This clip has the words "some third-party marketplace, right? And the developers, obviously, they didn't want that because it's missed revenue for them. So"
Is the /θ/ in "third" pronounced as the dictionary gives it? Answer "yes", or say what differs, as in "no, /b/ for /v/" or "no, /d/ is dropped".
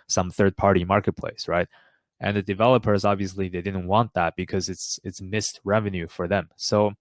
yes